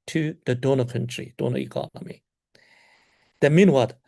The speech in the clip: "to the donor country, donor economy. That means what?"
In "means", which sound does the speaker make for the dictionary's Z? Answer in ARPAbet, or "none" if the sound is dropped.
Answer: none